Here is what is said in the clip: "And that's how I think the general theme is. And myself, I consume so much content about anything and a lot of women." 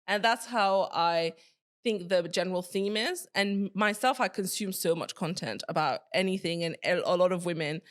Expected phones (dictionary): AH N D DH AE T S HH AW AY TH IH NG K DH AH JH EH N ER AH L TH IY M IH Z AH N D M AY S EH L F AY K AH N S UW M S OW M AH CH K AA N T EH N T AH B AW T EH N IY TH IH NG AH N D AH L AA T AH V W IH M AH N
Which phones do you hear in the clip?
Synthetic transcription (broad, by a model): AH N DH AE T S HH AW AY TH IH NG K DH AH JH EH N ER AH L TH IY M IH Z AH N M AY S EH L F AY K AH N S UW M S OW M AH CH K AA N T EH N T AH B AW T EH N IY TH IH NG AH N AH L AA T AH V W IH M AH N